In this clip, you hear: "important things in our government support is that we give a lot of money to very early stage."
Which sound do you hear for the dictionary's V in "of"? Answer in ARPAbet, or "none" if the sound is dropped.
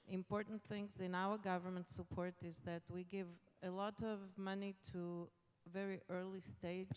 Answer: V